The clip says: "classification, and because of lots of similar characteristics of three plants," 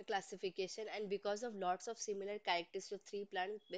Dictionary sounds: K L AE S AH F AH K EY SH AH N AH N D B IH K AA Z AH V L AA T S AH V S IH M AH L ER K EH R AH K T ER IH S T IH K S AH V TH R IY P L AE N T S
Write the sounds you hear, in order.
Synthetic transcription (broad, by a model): K L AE S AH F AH K EY SH AH N AH N D B IH K AA Z AH V L AA T S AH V S IH M AH L ER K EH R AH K T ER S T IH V T R IY P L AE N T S